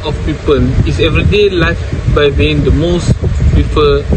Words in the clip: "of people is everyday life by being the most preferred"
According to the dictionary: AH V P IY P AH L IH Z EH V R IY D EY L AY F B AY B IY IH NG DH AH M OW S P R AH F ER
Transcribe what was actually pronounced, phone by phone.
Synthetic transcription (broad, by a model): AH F P IY P AH L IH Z EH V R IY D EY L AY F B AY B IY IH NG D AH M OW S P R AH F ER